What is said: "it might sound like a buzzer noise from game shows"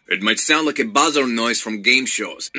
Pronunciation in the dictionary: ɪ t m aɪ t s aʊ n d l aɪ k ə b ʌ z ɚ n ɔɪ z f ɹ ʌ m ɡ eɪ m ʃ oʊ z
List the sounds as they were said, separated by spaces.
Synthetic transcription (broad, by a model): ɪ t m aɪ t s aʊ n d l aɪ k ə b ʌ z ɚ n ɔɪ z f ɹ ʌ m ɡ eɪ m ʃ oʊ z